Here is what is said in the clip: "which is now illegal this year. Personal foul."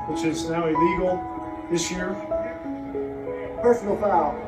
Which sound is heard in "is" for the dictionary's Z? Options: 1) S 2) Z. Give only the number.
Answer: 2